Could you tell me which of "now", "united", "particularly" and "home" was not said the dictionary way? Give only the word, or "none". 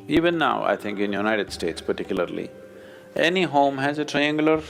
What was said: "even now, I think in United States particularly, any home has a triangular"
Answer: none